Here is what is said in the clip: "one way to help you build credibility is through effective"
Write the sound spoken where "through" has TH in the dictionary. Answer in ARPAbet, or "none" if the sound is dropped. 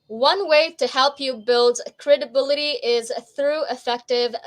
TH